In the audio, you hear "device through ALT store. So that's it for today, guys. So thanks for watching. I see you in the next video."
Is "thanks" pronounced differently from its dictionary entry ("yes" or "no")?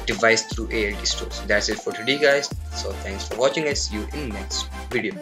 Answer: yes